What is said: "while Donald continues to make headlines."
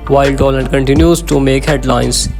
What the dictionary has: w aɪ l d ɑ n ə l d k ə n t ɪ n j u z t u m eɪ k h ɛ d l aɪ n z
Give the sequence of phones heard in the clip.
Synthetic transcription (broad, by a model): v aɪ l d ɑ l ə d k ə n t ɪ n j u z t u m eɪ k h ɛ d l aɪ n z